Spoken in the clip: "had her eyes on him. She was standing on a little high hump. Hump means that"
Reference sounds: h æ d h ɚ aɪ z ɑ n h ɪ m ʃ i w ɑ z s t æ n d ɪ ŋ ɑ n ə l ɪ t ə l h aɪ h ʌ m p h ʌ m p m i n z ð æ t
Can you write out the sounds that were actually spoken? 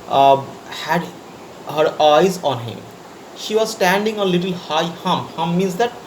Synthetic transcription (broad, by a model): h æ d h ɚ aɪ z ɑ n h ɪ m ʃ i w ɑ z s t æ n d ɪ ŋ ə l ɪ t ə l h aɪ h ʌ m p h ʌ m m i n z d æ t